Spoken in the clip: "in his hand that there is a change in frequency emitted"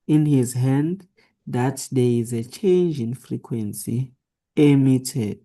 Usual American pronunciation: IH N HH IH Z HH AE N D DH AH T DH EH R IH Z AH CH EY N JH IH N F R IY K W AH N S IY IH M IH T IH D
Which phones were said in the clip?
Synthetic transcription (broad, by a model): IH N HH IH Z HH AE N D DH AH T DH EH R IH Z AH CH EY N JH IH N F R IY K W AH N S IY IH M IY T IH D